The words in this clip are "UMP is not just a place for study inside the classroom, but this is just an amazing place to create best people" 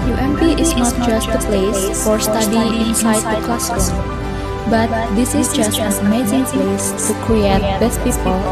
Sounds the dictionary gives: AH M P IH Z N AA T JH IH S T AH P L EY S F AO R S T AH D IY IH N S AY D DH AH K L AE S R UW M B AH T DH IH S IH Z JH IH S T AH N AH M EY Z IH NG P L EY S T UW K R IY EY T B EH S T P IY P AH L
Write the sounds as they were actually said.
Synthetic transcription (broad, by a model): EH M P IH S N AA T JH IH S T AH P L EY S F AO R S T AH D IY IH N S AY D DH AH K L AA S UW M B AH T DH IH S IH S JH IH S T AH N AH M EY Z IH NG P L EY S T UW K R IY EY T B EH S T P IY P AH L